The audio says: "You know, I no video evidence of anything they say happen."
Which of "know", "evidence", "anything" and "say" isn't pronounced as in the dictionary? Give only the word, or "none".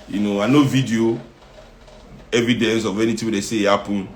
anything